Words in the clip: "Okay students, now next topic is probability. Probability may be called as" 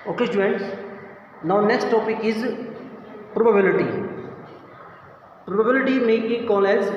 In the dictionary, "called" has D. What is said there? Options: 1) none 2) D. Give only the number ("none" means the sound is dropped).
1